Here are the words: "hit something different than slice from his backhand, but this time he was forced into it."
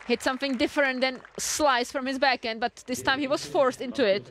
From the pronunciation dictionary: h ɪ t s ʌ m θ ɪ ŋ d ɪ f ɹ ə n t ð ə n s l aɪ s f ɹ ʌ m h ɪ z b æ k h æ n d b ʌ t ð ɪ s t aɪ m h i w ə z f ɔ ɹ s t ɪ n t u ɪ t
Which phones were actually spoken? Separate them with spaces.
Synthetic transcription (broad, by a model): h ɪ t s ʌ m θ ɪ ŋ d ɪ f ɹ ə n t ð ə n s l aɪ s f ɹ ʌ m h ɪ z b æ k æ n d b ʌ t ð ɪ s t aɪ m h i w ə z f ɔ ɹ s t ɪ n t u ɪ t